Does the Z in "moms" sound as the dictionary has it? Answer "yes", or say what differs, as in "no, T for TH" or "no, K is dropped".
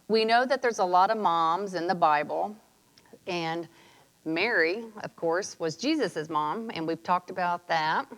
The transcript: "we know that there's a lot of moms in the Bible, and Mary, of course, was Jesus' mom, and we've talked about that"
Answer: yes